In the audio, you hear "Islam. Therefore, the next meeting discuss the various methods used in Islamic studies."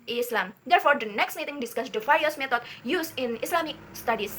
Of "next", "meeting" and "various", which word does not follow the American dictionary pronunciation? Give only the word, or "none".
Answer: various